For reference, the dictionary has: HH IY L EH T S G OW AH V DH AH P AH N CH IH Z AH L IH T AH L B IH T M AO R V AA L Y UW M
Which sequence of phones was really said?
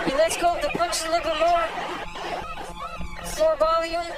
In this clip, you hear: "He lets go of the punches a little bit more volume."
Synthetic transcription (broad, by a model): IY L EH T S G OW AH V DH AH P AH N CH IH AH L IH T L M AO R M AO R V AA L Y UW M